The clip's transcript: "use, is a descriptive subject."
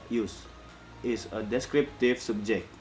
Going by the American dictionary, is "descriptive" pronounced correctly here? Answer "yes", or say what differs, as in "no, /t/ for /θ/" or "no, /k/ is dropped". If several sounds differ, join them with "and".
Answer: yes